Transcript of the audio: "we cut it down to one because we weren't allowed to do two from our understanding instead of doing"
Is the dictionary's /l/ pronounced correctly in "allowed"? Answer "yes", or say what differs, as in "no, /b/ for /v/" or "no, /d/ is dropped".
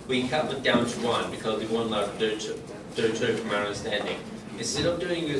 no, /l/ is dropped